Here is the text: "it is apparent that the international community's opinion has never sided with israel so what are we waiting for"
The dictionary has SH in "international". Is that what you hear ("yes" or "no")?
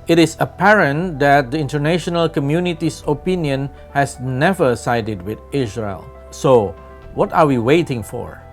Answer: yes